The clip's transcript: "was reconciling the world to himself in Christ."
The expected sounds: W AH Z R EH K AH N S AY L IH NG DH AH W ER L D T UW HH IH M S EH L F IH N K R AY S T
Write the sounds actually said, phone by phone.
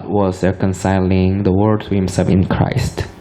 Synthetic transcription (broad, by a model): W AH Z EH K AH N S AY L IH NG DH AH W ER D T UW HH IH M S EH L F IH N K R AY S T